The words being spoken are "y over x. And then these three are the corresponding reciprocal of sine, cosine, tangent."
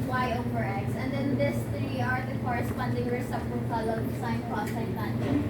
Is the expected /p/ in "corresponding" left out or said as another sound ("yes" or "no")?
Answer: no